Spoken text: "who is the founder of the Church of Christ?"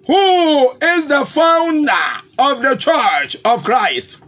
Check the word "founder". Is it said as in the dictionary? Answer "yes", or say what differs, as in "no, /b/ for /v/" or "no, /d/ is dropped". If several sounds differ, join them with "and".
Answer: yes